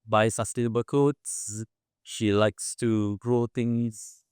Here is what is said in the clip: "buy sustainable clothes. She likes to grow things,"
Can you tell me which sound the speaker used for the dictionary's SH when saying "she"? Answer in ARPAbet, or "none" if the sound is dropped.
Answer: SH